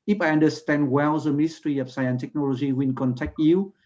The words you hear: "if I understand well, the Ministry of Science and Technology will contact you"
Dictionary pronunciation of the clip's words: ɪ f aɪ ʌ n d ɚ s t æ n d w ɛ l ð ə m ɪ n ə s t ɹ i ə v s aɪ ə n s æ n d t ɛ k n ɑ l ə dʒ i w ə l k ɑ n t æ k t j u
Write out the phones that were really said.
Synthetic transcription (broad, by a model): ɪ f aɪ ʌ n d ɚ s t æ n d w ɛ l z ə m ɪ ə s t ɹ i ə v s aɪ ə n s t ɛ k n ɑ l ə dʒ i w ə n k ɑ n t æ k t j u